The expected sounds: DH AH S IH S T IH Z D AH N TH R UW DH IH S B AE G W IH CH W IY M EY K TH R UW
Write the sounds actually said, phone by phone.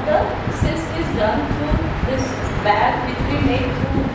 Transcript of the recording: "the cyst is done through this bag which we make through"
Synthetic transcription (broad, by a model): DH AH S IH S IH Z D AH N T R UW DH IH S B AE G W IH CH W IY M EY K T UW